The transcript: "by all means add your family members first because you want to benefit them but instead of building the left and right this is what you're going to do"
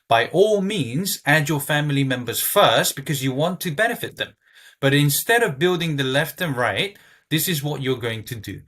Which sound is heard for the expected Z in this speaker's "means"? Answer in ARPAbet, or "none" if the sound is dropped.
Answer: Z